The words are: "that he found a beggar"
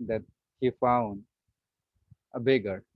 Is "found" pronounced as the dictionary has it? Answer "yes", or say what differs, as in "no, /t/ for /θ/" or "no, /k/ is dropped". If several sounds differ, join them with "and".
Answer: yes